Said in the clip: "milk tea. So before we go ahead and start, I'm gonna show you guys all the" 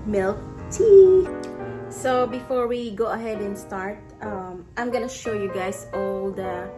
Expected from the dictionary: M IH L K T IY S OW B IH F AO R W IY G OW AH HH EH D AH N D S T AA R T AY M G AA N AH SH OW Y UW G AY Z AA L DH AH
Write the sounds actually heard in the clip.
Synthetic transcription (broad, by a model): M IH L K T IY S OW B IH F AO R W IY G OW AH HH EH D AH N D S T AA R T AY M G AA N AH SH OW Y UW G AY S AA L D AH